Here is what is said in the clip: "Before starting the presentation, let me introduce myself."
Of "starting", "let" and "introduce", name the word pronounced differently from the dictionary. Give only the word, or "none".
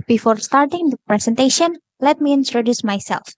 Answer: none